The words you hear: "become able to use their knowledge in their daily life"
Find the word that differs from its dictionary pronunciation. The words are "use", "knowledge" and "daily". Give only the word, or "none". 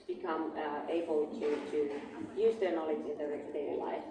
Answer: daily